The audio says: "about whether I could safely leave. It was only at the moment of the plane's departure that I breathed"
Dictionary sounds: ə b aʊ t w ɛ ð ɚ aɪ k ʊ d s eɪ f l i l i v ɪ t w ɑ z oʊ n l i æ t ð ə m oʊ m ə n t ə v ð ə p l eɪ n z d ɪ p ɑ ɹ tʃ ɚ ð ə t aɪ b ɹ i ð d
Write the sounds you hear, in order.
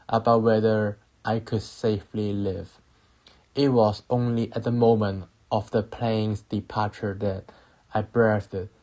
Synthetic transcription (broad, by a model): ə b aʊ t w ɛ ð ɚ aɪ k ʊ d s eɪ f l i l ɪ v ɪ t w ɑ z oʊ n l i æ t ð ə m oʊ m ə n t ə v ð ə p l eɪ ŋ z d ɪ p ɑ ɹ tʃ ɚ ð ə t aɪ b ɹ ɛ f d